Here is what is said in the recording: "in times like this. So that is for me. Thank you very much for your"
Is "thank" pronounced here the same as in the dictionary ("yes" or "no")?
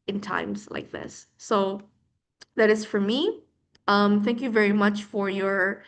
yes